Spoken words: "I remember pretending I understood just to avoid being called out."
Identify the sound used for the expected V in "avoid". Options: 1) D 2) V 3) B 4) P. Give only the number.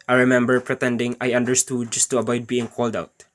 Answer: 3